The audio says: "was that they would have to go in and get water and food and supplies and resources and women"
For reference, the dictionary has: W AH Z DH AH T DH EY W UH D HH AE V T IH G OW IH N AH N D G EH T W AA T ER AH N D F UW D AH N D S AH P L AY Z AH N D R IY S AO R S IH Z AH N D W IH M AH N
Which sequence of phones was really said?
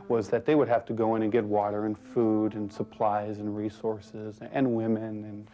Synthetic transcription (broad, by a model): W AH Z DH AH T DH EY W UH D HH AE F T IH G OW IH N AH N G EH T W AA T ER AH N F UW D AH N S AH P L AY Z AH N R IY S AO R S IH Z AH N W IH M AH N